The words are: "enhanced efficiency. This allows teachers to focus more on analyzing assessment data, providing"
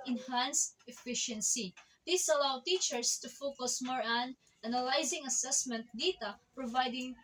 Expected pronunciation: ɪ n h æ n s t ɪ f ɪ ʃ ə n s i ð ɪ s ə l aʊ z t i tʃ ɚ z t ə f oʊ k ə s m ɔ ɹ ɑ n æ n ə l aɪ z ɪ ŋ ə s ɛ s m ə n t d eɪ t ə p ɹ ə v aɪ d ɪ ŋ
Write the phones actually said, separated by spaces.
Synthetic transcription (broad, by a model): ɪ n h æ n s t ɪ f ɪ ʃ ə n s i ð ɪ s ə l aʊ t i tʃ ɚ s t ə f oʊ k ə s m ɔ ɹ ɑ n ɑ n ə l aɪ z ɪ ŋ ə s ɛ s m ə n t d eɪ t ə p ɹ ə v aɪ d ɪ ŋ